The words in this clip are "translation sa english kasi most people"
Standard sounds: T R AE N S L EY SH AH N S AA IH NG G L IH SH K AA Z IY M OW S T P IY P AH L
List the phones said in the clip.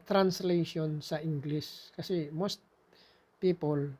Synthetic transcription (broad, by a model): T R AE N S L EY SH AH N S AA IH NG G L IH S K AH S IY M OW S T P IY P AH L